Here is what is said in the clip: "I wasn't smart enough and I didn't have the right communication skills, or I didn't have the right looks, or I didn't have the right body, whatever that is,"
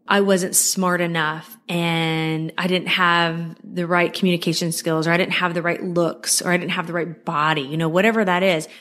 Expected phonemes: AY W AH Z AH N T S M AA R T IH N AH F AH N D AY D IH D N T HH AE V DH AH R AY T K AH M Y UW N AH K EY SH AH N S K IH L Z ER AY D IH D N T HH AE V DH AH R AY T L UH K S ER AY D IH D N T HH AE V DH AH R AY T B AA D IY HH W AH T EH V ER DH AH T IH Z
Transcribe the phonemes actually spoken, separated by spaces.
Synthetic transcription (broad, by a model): AY W AH Z AH N T S M AA R T IH N AH F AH N AY D IH D N T HH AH V DH AH R AY T K M Y UW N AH K EY SH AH N S K IH L Z ER AY D IH D N T HH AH V DH AH R AY T L UH K S ER AY D IH D N T HH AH V DH AH R AY T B AA D IY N W AH T EH V ER DH AH T IH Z